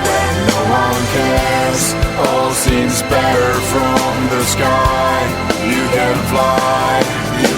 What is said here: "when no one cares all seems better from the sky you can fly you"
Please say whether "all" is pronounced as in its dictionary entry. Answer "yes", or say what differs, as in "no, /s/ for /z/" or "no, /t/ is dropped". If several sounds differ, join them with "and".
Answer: yes